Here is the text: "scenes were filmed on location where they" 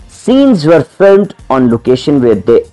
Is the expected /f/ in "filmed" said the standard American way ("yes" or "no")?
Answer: yes